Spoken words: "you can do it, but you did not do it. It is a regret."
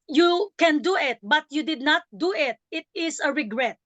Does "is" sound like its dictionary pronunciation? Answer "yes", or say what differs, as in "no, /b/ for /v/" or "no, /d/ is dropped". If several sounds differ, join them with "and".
no, /s/ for /z/